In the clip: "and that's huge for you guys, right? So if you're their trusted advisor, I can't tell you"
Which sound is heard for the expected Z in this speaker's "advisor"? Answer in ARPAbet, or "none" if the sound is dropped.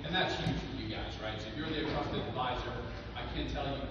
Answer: Z